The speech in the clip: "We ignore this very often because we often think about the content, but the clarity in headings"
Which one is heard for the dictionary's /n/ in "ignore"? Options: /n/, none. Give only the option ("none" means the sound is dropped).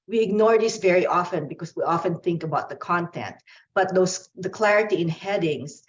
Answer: /n/